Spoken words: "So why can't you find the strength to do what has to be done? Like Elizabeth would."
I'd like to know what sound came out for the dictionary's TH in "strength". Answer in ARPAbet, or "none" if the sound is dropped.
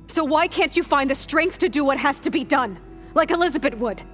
TH